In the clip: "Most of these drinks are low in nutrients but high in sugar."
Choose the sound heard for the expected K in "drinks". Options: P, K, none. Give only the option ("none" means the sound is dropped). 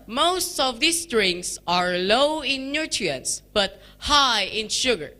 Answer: none